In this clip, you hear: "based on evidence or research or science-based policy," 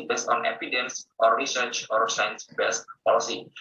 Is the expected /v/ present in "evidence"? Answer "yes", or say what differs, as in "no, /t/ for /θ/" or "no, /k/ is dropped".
no, /p/ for /v/